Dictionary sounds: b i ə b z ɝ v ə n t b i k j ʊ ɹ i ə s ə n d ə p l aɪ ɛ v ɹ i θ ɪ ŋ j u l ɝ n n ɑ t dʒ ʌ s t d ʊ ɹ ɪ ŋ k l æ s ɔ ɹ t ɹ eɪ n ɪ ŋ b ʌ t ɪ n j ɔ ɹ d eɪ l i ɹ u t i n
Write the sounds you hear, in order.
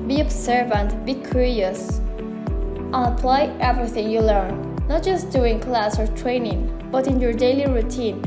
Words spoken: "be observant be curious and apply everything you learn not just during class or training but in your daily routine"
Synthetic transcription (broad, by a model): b i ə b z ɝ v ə n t b i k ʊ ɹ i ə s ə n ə p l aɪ ɛ v ɹ i θ ɪ ŋ j u l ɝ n n ɑ t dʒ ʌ s t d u ɪ ŋ k l æ s ɔ ɹ t ɹ eɪ n ɪ ŋ b ʌ t ɪ n j ɔ ɹ d eɪ l i ɹ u t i n